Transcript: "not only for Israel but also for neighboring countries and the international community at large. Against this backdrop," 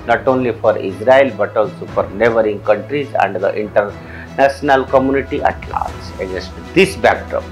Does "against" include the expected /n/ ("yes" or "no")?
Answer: no